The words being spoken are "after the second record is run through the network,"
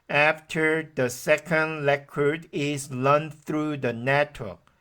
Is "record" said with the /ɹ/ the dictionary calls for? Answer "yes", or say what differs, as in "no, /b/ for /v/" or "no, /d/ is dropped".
no, /l/ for /ɹ/